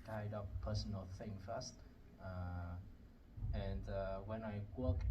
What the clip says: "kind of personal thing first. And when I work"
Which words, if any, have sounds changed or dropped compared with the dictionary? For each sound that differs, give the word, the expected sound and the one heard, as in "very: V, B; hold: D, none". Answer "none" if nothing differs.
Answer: of: V, P